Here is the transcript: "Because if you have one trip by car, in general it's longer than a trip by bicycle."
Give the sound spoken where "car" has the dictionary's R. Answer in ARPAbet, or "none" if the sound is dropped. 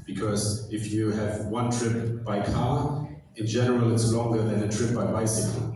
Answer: L